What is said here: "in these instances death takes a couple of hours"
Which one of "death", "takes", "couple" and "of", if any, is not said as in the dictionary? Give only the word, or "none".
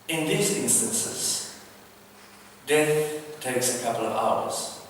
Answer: none